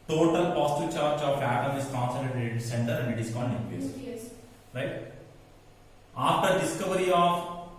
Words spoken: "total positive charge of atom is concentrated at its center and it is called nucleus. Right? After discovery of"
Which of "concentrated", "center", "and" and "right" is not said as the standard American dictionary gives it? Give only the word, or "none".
concentrated